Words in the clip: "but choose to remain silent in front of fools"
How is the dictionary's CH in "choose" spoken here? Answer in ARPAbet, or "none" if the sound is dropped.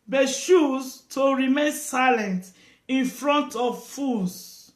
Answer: SH